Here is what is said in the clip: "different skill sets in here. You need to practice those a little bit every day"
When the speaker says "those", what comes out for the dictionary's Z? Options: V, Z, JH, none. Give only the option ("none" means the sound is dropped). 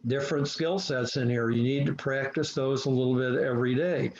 Z